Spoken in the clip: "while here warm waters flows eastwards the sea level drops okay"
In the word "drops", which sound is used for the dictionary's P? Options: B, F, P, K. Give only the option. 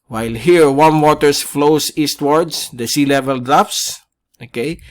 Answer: F